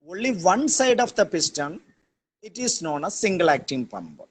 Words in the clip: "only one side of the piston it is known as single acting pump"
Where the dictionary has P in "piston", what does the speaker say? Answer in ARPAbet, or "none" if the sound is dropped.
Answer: P